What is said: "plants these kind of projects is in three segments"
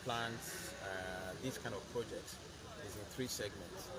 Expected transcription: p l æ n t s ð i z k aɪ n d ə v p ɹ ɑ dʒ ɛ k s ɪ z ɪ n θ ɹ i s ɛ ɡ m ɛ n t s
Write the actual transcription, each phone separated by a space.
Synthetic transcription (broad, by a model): p l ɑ n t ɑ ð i s k aɪ n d ə v p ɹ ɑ dʒ ɛ k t ɪ z ɪ n θ ɹ i s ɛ ɡ m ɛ n t s